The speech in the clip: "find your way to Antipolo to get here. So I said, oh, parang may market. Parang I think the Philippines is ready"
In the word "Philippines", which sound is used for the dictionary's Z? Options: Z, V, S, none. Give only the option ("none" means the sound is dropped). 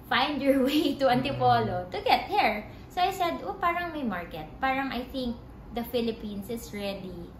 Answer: S